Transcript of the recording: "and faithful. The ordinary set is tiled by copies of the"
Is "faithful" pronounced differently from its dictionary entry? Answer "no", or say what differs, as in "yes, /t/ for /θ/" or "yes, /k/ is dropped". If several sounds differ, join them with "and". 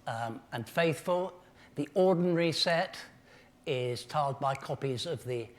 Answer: no